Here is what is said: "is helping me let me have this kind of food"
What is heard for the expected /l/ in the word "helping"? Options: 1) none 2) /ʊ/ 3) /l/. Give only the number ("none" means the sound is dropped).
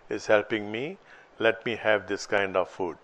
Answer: 3